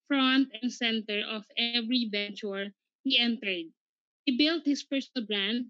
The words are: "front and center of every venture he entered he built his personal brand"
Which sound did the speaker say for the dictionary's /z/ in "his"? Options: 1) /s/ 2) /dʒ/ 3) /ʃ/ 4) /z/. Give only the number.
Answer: 1